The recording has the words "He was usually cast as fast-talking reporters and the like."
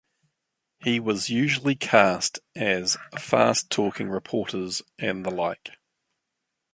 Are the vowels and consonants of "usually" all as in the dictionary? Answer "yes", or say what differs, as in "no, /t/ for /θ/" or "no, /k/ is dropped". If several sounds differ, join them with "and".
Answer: yes